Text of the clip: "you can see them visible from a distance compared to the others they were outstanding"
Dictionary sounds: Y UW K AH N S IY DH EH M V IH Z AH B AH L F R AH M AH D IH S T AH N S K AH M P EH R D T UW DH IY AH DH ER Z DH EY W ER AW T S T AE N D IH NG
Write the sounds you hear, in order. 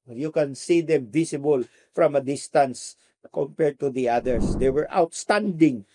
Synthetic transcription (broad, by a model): Y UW K AH N S IY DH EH M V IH S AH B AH L F R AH M AH D IH S T AH N S K AH M P EH R D T UW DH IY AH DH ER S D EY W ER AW T S T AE N D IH NG